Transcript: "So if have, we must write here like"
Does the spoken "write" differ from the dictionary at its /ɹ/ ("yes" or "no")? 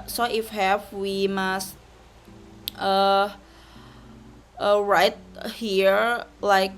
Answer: no